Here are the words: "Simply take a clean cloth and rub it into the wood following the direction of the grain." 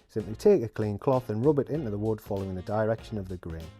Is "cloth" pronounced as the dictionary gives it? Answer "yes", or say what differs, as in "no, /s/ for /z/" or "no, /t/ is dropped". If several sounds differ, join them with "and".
yes